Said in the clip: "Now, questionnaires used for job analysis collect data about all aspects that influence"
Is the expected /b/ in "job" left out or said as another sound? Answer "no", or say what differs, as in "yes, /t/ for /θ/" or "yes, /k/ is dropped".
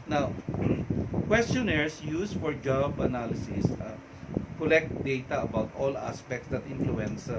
no